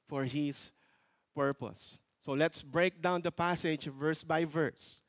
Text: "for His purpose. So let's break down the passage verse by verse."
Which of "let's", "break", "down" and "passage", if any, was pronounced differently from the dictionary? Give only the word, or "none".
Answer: none